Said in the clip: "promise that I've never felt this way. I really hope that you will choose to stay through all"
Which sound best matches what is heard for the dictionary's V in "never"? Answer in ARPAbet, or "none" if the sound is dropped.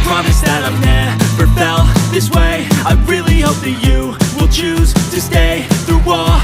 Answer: B